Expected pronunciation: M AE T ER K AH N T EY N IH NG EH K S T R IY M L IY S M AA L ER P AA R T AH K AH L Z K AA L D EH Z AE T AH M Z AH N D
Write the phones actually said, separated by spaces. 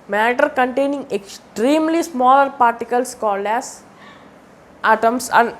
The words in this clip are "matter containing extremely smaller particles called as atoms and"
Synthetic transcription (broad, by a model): M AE T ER K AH N T EY N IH NG EH K S T R IY M L IY S M AA L ER P AA R T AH K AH L S K AA L D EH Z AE T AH M S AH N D